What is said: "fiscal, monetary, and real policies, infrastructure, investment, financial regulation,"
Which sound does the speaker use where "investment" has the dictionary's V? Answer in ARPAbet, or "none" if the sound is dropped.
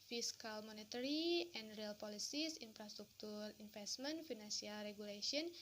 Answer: F